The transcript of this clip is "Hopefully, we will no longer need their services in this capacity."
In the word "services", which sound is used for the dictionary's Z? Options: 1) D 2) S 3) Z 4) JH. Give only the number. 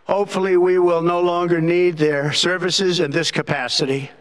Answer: 3